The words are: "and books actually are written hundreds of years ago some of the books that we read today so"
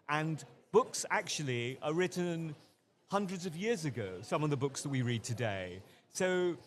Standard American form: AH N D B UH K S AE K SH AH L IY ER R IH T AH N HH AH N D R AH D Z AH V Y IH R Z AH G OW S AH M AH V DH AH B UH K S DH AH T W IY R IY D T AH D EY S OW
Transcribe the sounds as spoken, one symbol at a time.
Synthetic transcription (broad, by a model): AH N B UH K S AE K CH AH L IY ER R IH T N HH AH N D R AH D Z AH V Y IH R Z AH G OW S AH M AH V DH AH B UH K S DH AH T W IY R IY D T AH D EY S OW